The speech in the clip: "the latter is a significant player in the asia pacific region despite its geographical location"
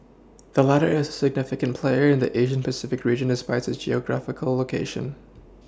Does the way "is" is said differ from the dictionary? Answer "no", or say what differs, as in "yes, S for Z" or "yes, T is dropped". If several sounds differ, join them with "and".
no